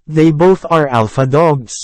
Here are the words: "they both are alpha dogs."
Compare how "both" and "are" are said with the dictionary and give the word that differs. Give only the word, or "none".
none